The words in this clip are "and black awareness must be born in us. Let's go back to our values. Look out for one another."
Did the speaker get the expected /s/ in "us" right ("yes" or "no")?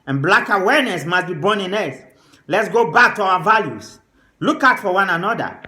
no